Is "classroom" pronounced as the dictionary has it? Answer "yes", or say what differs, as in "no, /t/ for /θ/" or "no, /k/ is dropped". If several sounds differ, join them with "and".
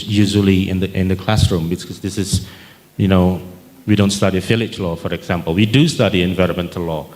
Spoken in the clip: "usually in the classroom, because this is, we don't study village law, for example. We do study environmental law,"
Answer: yes